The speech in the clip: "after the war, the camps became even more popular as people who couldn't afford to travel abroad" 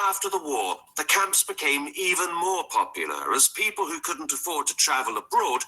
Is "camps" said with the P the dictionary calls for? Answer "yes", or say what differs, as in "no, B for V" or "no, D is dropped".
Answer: yes